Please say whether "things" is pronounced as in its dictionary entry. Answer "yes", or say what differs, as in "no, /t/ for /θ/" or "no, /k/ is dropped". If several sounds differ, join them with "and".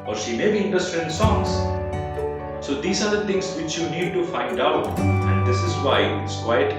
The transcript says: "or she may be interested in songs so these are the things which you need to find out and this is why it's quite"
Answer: no, /t/ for /θ/